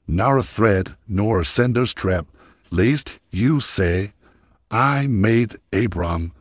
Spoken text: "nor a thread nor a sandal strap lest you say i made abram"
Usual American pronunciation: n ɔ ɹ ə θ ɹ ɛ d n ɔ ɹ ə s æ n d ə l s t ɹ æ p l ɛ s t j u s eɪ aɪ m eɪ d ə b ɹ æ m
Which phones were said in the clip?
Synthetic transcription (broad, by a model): n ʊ ɹ ə θ ɹ ɛ d n ɔ ɹ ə s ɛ n d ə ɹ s t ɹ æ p l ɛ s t j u s eɪ aɪ m eɪ d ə b ɹ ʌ m